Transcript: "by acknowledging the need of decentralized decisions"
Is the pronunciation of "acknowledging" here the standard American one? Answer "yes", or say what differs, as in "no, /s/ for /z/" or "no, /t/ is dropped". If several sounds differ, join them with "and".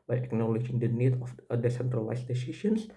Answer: yes